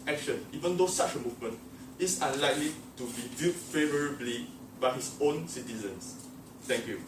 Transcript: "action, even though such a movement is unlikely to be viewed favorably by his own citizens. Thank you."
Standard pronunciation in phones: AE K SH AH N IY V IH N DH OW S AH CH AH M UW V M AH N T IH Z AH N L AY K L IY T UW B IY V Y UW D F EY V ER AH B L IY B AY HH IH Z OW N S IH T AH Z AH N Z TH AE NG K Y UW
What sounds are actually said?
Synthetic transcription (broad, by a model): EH K SH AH N IY V IH N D OW S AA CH AH M UW V M AH N T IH S AH N L AY K L IY T UW B IY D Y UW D F EY V ER AH B L IY B AY HH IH S OW N S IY T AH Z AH N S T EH NG K Y UW